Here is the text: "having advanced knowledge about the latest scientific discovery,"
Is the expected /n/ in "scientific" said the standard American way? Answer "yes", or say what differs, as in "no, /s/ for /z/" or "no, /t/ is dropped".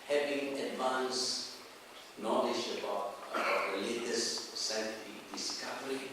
no, /n/ is dropped